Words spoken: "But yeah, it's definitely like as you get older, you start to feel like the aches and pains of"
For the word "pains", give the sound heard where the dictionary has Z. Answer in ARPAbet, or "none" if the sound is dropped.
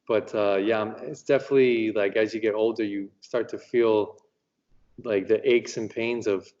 Z